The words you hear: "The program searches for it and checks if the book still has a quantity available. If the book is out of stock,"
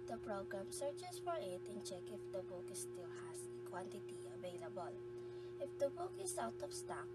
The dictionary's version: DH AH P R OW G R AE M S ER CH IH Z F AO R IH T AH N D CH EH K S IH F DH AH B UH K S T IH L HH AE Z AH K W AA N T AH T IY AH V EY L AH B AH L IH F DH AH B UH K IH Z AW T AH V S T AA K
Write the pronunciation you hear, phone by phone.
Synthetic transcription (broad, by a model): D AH P R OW G R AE M S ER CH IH S F AO R IH T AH N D CH EH K IH F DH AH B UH K S T IH L HH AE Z AH K W AA N T AH T IY AH V EY L AH B AH L IH F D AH B UH K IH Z AW T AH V S T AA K